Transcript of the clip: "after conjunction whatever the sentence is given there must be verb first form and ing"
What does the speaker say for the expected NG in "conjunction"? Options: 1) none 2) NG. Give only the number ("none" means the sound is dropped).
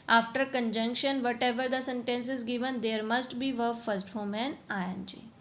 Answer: 2